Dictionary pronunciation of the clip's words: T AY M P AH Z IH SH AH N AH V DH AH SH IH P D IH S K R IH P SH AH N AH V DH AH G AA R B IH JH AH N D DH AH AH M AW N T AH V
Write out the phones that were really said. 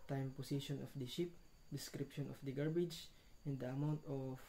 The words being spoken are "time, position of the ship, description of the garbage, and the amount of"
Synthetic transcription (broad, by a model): T AY M P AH S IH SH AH N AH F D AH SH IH P D IH S K R IH P SH AH N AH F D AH G AA R B IH JH AH N D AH AH M AW N T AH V